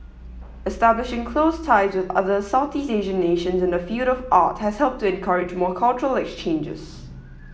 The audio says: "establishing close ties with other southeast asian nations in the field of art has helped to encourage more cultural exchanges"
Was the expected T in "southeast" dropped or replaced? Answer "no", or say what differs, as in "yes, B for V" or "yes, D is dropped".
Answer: yes, T is dropped